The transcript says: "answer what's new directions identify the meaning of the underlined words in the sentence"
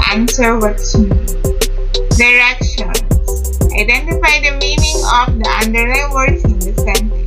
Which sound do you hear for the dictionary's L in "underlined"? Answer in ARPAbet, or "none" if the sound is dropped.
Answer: none